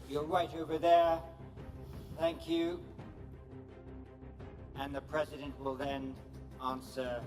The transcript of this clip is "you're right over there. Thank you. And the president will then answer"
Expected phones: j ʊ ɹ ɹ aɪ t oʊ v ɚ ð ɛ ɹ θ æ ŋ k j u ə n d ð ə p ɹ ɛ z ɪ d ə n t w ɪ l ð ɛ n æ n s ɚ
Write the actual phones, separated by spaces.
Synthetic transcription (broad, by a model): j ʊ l ɹ aɪ t oʊ v ɚ ð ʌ ɹ θ æ ŋ k j u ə n ð ə p ɹ ɛ z ɪ d ə n t w ɪ l ð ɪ n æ n s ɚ